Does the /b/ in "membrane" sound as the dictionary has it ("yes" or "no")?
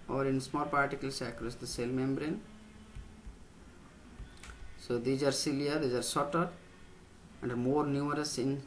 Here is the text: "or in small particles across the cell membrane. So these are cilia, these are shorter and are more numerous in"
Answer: yes